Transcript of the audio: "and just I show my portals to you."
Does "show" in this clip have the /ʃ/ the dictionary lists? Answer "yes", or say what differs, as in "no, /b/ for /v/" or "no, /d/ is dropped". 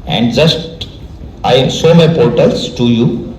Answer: no, /s/ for /ʃ/